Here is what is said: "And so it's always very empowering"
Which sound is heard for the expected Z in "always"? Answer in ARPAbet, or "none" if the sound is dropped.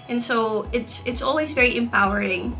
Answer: Z